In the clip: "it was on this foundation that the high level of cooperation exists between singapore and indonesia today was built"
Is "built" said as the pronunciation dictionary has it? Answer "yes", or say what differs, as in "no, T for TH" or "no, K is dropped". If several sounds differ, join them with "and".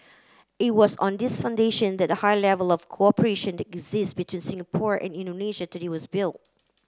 yes